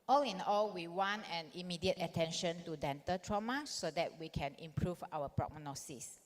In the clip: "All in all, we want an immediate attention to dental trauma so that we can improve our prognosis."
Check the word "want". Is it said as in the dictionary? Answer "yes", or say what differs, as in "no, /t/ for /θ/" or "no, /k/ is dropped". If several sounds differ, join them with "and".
no, /t/ is dropped